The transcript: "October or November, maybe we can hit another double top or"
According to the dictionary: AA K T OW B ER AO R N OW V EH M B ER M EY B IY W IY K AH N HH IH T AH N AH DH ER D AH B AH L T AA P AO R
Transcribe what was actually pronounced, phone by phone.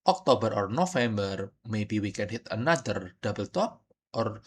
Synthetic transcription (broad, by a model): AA K T OW B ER AO R N OW F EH M B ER M EY B IY W IY K AH N HH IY T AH N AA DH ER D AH B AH L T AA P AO R